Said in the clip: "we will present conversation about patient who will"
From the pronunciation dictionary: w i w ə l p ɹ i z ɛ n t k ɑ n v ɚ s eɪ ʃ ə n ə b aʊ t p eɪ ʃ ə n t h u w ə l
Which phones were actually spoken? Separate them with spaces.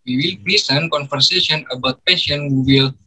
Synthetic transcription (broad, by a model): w i w ə l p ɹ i s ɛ n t k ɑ n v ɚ s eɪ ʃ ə n ə b aʊ t p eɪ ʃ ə n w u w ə l